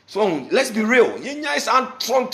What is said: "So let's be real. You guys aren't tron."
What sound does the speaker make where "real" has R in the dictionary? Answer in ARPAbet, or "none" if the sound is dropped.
R